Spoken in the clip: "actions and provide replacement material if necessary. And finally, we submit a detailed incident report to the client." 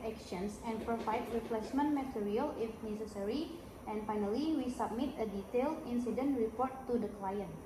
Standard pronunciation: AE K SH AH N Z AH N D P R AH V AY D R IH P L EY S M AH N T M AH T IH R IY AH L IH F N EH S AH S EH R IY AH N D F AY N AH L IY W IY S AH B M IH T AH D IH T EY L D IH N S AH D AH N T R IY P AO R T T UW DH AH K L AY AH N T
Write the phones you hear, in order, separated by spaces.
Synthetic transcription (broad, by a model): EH K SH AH N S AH N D P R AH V AY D R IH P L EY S M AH N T M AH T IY R IY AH L IH F N EH S AH S EH R IY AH N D F AY N AH L IY W IY S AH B M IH T AH D IH T EY L D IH N S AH D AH N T R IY P AO R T T UW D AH K L AY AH N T